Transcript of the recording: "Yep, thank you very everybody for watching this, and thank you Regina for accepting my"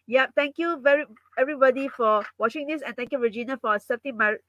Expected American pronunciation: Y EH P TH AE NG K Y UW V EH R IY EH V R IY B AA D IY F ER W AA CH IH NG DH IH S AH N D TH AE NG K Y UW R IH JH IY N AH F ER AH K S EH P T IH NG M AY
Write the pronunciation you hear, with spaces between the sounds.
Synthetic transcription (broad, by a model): Y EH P T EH NG K Y UW V EH R IY EH V R IY B AA D IY F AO W AA CH IH NG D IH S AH N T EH NG K Y UW R IH JH IY N AH F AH S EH T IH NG M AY